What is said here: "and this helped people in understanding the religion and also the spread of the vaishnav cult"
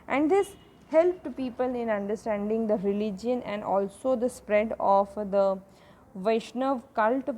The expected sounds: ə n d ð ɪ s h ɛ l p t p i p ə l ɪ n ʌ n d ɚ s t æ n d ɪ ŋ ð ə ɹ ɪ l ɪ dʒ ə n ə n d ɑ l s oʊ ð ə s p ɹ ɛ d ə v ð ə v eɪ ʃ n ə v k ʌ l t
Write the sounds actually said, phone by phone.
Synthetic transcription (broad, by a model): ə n d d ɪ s h ɛ l p t p i p ə l ɪ n ʌ n d ɚ s t æ n d ɪ ŋ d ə ɹ ɪ l ɪ dʒ ə n ə n d ɑ l s oʊ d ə s p ɹ ɛ d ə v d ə v eɪ ʃ n ə v k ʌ l t